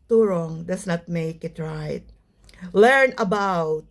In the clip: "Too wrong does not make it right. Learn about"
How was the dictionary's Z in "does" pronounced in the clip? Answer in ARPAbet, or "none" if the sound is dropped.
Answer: S